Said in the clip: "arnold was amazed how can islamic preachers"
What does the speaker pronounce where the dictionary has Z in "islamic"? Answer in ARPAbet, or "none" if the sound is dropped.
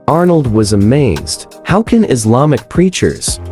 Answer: Z